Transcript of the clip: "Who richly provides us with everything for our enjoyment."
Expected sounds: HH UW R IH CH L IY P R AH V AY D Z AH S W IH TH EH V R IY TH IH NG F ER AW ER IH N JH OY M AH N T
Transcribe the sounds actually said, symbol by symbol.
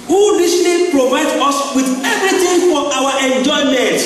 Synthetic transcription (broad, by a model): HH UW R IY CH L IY P R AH V AY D AO S W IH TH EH V R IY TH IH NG F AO AW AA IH N JH OY M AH N T